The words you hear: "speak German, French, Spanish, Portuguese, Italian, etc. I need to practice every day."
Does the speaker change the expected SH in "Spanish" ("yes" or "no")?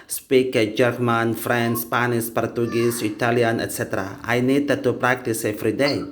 yes